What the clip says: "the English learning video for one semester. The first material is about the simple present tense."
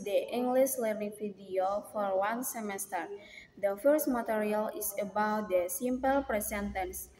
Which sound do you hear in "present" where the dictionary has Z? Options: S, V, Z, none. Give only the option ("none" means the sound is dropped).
S